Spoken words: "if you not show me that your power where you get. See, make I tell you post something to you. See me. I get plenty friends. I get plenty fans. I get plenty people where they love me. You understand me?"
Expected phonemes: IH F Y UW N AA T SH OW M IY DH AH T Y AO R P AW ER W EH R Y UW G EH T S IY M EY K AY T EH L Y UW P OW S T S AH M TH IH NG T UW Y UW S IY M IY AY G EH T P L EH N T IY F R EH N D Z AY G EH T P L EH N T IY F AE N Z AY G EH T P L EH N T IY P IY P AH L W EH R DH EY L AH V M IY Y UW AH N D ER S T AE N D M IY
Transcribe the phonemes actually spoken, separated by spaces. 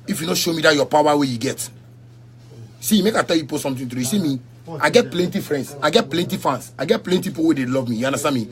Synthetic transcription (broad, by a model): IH F Y UW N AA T SH OW M IY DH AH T Y AO P AW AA W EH Y UW G EH T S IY M EY K AY T EH L Y UW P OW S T S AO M T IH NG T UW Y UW S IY M IY AY G EH T P L EH N T IY F R EH N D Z AY G EH T P L EH N T IY F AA N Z AY G EH T P L EH N T IY IY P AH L W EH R EY L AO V M IY Y UW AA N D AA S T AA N M IY